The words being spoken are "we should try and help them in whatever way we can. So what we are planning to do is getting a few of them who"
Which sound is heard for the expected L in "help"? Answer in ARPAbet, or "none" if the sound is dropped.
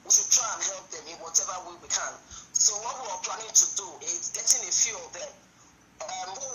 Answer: L